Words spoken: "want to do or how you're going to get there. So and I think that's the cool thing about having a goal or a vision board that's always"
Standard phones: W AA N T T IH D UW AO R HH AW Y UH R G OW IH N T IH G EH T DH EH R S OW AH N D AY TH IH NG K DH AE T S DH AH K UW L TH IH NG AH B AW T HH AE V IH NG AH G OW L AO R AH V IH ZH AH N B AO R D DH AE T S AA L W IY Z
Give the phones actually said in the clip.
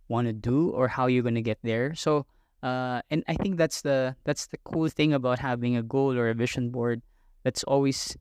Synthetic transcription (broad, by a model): W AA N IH D UW AO R HH AW Y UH R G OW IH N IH G EH T DH EH R S OW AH N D AY TH IH NG K DH AE T S DH AH K UW L TH IH NG AH B AW T HH AE V IH NG AH G OW L AO R AH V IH SH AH N B AO R D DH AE T S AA L W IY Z